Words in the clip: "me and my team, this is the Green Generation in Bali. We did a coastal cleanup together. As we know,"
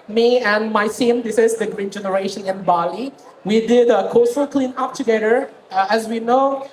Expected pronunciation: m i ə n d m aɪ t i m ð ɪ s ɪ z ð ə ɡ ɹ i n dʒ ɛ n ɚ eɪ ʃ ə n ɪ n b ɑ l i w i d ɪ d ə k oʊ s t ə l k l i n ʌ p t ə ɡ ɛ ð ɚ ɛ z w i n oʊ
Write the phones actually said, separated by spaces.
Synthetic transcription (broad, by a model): m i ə n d m aɪ s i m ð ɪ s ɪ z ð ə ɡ ɹ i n dʒ ɛ n ɚ eɪ ʃ ə n ɪ n b ɑ l i w i d ɪ d ə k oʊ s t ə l k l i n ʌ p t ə ɡ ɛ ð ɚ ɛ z w i n oʊ